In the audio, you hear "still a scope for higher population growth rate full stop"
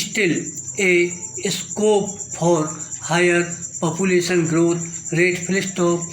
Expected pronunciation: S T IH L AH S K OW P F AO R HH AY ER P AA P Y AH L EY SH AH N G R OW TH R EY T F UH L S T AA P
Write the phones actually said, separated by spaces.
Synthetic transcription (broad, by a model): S T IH L AH S K OW P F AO R HH AY ER P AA P Y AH L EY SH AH N G R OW T R EY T P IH L S T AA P